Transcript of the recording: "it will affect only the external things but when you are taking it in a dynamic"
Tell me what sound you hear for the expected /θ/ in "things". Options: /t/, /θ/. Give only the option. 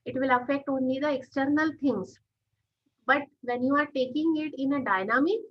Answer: /t/